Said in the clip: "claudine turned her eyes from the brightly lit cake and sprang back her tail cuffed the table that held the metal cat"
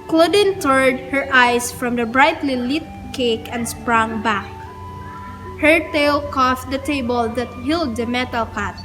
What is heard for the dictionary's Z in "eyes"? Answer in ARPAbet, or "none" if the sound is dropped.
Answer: S